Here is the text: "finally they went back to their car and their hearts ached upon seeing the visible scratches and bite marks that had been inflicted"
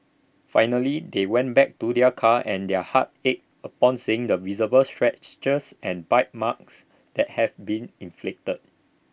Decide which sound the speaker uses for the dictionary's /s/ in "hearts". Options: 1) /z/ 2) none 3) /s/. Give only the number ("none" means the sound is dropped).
2